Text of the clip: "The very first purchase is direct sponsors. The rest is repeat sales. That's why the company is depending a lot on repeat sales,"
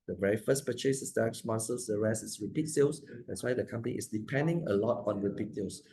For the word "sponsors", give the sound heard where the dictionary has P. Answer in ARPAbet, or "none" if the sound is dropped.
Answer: none